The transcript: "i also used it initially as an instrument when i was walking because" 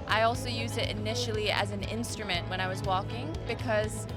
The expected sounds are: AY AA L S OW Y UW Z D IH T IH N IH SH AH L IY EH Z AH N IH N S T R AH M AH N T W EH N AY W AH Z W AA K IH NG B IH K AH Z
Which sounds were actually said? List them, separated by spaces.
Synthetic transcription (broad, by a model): AY AA L S OW Y UW Z D IH T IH N IH SH L IY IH Z N IH N S T R AH M AH N T W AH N AY W AH Z W AA K IH NG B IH K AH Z